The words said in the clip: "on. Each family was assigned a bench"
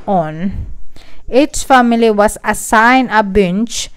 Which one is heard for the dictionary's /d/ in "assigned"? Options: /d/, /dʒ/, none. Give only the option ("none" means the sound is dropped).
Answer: none